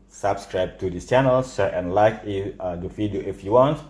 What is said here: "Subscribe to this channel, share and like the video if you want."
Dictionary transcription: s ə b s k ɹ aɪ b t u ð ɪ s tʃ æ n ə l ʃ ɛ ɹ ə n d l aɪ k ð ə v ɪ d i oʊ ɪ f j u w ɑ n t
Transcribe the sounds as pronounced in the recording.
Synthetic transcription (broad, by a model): s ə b s k ɹ aɪ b t u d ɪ s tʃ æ n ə l s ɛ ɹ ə n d l aɪ k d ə f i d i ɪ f j u w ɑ n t